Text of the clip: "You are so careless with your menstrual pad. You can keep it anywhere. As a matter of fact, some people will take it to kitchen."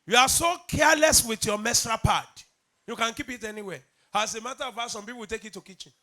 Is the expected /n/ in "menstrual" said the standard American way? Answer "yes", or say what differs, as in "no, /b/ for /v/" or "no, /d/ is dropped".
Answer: no, /n/ is dropped